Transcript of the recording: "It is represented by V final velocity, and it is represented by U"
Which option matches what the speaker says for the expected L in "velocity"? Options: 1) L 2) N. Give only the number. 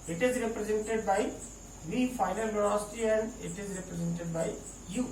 2